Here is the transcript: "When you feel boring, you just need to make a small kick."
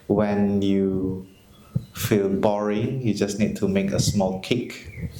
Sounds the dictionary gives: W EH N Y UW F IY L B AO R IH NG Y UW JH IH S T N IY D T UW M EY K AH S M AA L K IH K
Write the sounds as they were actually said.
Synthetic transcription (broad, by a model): W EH N Y UW F IY L B AO R IH NG Y UW JH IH S N IY D T UW M EY K AH S M AA L K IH K